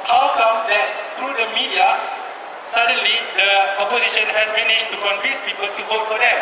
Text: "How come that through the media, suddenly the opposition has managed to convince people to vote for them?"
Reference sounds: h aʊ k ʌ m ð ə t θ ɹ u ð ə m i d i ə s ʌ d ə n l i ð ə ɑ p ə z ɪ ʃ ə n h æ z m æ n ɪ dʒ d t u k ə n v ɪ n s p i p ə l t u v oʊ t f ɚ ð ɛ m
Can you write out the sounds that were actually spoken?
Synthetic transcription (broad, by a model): h aʊ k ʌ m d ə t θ ɹ u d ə m i d i ə s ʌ d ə n l i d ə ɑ p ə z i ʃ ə n h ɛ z m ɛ n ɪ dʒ t u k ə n f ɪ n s p i p ə l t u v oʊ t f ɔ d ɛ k